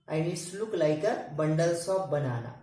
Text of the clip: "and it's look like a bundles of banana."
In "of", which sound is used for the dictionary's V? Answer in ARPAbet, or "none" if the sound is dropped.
P